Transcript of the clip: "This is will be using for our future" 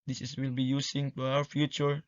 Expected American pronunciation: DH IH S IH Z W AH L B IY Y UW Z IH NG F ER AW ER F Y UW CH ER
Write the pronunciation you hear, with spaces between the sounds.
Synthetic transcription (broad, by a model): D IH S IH S W AH L B IY Y UW S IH NG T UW AW ER F Y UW CH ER